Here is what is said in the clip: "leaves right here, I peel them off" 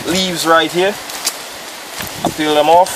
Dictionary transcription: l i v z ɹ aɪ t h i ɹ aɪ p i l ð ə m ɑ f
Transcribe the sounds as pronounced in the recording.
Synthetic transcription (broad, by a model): l i v z ɹ aɪ t h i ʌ aɪ f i l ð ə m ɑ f